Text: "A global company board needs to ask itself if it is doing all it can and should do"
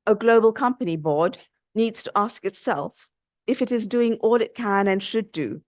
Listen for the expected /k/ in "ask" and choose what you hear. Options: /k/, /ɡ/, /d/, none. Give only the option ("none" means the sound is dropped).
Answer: /k/